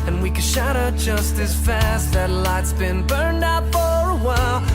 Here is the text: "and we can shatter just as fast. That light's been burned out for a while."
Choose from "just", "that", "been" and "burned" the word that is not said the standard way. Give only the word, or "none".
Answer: none